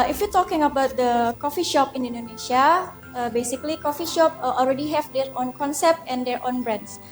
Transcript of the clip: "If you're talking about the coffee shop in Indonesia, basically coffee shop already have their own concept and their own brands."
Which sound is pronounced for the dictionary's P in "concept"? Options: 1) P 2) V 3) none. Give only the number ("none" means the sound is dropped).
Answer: 1